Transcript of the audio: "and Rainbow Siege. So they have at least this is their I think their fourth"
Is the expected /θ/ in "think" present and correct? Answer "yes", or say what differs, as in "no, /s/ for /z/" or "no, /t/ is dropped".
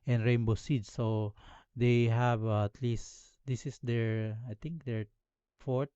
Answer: no, /t/ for /θ/